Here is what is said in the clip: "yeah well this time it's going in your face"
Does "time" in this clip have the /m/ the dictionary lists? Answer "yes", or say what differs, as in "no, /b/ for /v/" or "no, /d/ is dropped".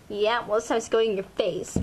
no, /m/ is dropped